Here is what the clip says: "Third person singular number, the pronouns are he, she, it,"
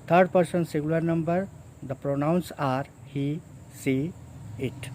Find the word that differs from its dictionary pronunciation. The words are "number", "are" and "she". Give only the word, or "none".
she